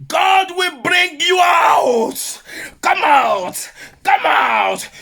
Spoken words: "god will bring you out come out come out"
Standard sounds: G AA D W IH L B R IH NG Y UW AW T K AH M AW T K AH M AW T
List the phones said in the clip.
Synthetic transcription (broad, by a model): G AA D W IH L B R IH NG Y UW AW T K AH M AW T K AH M AW T